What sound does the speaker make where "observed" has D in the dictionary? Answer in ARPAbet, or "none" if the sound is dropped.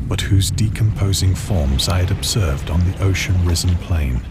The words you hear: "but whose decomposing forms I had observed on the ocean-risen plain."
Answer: D